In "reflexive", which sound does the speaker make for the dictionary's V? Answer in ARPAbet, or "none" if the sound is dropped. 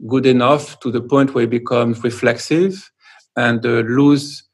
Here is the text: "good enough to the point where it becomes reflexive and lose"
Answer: V